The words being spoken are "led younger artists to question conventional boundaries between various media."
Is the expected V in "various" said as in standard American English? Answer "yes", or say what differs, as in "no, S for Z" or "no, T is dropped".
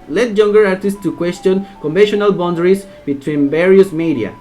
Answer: no, B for V